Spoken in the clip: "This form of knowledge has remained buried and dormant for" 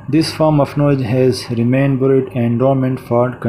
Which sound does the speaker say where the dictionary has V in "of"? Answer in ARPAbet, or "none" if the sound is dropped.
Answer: F